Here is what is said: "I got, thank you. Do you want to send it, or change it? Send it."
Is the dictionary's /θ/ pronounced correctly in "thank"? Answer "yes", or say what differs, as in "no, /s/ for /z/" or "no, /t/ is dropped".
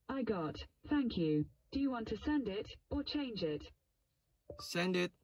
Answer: yes